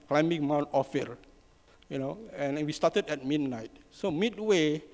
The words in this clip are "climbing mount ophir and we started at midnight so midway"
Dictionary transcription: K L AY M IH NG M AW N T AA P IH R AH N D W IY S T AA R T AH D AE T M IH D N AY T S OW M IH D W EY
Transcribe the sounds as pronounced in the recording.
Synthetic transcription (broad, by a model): K L AY M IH NG M AW N T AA F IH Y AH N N W IY S T AA T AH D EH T M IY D N AY T S OW M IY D W EY